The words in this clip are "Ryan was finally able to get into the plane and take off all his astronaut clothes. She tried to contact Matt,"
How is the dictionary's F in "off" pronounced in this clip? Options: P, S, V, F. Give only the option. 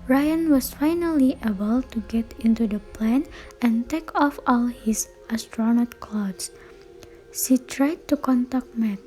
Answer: F